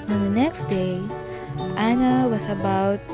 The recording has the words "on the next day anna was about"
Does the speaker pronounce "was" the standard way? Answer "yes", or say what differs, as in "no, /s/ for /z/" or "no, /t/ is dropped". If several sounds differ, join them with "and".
no, /s/ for /z/